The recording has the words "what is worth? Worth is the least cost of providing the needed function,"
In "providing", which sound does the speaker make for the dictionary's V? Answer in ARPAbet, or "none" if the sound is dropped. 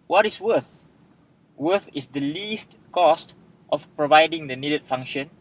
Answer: V